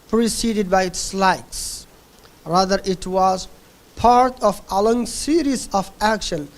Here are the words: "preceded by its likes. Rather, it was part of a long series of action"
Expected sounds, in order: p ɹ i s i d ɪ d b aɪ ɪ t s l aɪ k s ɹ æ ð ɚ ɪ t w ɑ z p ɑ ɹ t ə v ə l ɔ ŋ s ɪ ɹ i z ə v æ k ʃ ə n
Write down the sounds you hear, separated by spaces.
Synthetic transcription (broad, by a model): p ɹ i s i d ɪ d b aɪ ɪ t s l aɪ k s ɹ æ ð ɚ ɪ t w ɑ z p ɑ ɹ t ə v ə l ɔ ŋ s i ɹ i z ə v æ k ʃ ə n